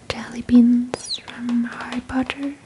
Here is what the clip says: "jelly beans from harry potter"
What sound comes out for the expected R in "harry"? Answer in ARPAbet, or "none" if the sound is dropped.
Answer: none